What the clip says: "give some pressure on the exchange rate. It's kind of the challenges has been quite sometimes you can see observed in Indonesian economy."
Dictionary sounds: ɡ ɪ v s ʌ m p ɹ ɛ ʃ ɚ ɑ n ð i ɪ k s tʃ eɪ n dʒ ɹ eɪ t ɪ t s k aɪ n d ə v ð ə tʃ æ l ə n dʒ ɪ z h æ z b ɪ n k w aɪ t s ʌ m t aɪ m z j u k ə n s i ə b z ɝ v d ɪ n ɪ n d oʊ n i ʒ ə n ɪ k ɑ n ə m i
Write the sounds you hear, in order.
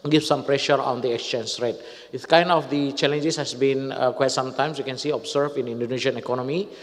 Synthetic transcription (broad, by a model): ɡ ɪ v s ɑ m p ɹ ɛ ʃ ɚ ɑ n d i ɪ k s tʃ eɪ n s ɹ eɪ t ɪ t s k aɪ n d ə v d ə tʃ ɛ l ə n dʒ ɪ s h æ s b ɪ n k w aɪ t s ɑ m t aɪ m s j u k ə n s i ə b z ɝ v ɪ n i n d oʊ n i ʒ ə n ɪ k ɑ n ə m i